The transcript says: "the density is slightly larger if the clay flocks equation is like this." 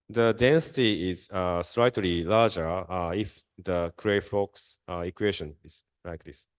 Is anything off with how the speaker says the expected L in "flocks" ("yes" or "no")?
yes